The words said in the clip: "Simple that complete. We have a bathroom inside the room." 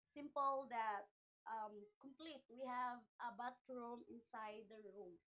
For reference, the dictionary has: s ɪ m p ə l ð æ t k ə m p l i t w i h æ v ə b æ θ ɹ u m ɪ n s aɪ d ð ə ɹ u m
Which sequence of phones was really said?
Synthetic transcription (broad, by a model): s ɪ m p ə l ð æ t k ə m p l i t w i h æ v ə b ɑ t ɹ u m ɪ n s aɪ d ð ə ɹ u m